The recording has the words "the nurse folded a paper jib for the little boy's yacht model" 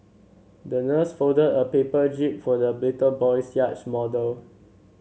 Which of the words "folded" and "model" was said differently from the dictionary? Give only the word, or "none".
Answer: folded